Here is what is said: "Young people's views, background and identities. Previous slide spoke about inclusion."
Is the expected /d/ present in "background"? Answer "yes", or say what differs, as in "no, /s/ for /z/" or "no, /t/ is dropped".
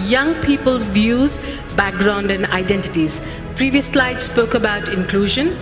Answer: yes